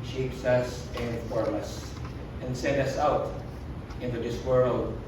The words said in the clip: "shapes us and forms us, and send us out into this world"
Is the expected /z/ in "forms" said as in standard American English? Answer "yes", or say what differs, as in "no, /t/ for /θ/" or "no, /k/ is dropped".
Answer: no, /z/ is dropped